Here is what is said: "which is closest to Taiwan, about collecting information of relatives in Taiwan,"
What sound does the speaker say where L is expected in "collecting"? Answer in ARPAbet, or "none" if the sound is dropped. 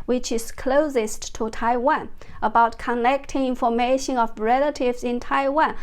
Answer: N